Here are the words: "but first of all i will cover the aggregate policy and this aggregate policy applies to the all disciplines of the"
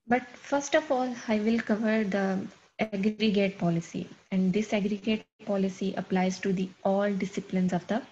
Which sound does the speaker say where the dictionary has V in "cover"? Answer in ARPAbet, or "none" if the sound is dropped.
V